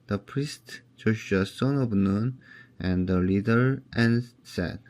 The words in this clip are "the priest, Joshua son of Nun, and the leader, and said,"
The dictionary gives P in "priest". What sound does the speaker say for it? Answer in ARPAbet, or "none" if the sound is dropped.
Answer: P